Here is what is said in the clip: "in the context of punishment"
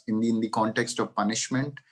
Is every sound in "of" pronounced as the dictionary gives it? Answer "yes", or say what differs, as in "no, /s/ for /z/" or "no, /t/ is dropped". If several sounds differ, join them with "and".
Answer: yes